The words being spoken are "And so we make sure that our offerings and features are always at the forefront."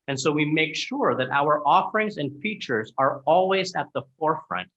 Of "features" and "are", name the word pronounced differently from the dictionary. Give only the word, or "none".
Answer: none